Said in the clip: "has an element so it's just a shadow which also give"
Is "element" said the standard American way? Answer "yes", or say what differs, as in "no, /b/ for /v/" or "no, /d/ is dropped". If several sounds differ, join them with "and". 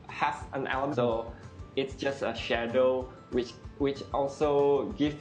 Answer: no, /m/ is dropped